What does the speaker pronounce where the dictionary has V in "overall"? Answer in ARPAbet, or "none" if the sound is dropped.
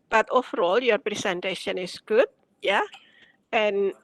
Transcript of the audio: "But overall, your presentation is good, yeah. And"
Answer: F